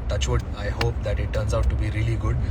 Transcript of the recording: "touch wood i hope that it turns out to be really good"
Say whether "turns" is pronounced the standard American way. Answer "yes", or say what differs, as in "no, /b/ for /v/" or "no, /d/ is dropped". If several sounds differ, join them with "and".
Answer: yes